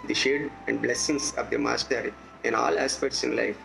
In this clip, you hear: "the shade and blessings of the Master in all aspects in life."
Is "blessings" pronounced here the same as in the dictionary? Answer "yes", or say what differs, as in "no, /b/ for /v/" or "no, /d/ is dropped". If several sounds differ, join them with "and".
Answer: no, /s/ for /z/